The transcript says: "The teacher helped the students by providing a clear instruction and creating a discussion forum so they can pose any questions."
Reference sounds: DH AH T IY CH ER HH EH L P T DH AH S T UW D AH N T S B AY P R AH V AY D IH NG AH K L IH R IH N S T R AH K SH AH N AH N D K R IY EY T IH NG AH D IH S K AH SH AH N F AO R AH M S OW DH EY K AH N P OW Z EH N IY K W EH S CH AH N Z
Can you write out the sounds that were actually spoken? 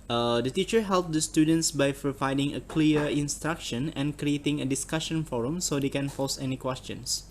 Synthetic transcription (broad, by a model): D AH T IY CH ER HH EH L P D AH S T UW D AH N T S B AY P R AH V AY D IH NG AH K L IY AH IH N S T R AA K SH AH N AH N K R IY EY T IH NG AH D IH S K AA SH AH N F AO R AH M S OW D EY K AH N F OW S EH N IY K W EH S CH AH N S